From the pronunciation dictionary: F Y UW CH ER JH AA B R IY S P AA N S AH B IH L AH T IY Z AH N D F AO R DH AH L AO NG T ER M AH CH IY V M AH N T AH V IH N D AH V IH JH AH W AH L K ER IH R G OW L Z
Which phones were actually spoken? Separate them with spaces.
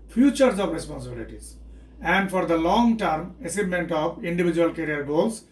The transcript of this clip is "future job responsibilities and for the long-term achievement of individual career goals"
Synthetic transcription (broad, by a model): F Y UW CH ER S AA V R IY S P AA N S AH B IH L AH T IY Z AH N D F AO R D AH L AO NG T ER M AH S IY M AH N T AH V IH N D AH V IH JH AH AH L K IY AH R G OW L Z